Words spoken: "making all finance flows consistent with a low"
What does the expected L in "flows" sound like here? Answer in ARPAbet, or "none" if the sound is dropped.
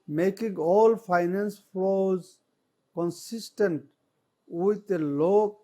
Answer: none